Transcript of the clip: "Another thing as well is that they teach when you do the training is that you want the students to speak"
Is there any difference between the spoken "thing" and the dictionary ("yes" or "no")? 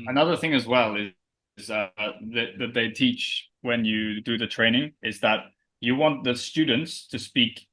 no